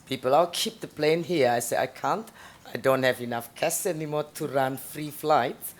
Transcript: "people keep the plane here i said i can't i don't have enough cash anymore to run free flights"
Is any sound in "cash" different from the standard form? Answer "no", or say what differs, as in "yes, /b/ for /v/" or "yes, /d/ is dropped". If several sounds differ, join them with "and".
yes, /s/ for /ʃ/